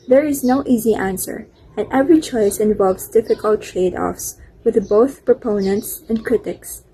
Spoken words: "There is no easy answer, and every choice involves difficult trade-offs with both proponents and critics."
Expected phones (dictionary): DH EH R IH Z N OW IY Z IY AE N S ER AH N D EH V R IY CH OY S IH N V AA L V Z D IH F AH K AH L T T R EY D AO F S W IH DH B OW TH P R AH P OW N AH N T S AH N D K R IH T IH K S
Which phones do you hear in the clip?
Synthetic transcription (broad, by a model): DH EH R IH Z N OW IY Z IY AE N S ER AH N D EH V R IY CH OY S IH N V AA L V Z D IH F AH K AH L T T R EY D AO F S W IH DH B OW TH P R AH P OW N AH N T S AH N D K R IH T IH K S